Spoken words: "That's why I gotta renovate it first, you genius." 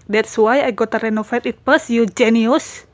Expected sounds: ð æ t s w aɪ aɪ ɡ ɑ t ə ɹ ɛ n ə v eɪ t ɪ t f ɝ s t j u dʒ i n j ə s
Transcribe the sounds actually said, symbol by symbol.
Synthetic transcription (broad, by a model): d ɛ t s w aɪ aɪ ɡ ɑ t ə ɹ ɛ n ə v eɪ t ɪ t p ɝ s j u dʒ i n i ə s